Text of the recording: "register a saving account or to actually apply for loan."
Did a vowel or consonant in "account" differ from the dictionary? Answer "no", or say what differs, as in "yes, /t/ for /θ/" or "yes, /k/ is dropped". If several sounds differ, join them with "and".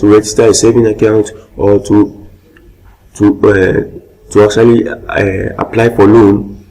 no